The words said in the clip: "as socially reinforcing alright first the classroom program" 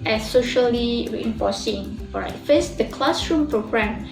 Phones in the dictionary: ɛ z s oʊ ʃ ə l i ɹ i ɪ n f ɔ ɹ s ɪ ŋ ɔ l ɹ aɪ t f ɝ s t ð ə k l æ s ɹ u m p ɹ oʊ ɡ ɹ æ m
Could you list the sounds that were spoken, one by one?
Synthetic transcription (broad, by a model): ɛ s oʊ ʃ ə l i ɹ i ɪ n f ɔ s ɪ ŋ ɔ ɹ aɪ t f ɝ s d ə k l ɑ s ɹ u m p ɹ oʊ ɡ ɹ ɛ m